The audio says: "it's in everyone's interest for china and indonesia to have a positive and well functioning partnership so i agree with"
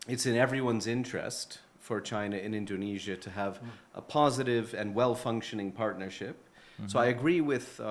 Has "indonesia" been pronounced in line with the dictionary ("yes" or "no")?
yes